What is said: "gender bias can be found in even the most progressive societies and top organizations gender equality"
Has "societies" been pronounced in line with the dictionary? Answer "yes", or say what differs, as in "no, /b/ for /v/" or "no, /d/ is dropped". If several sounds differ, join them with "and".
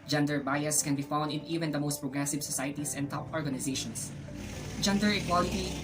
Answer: no, /s/ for /z/